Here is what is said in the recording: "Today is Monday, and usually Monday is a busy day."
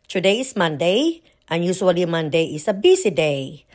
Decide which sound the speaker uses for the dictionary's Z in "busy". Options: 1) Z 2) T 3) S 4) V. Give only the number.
3